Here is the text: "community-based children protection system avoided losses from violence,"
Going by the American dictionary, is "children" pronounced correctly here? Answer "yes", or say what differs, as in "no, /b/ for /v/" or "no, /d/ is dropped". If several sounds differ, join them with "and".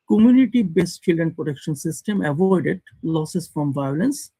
no, /ɹ/ is dropped